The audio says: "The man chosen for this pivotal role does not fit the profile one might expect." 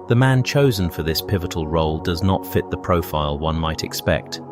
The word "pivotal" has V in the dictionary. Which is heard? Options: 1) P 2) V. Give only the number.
2